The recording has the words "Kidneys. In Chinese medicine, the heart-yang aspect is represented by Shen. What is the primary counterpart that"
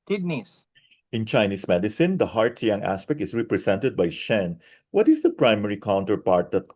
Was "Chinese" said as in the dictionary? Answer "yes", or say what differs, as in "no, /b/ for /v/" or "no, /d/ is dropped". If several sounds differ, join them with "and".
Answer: no, /s/ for /z/